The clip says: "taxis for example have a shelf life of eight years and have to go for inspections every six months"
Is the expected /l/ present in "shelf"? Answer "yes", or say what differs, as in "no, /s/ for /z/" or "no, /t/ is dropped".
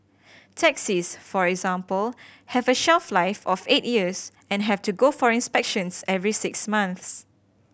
yes